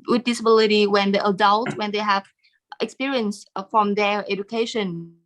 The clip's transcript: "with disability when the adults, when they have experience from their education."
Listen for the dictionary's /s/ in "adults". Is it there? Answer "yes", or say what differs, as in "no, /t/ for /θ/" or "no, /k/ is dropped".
no, /s/ is dropped